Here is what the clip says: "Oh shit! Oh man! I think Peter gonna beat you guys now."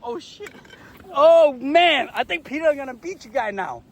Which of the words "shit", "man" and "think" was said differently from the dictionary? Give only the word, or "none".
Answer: none